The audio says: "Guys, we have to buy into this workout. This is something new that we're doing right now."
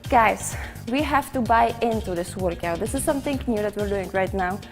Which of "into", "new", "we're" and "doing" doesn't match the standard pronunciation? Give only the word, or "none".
none